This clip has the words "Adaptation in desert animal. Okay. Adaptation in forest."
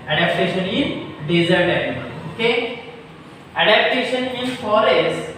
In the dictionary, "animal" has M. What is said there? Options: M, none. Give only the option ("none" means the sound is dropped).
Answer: none